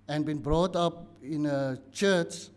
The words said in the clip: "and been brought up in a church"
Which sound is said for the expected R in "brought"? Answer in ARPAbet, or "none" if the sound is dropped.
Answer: R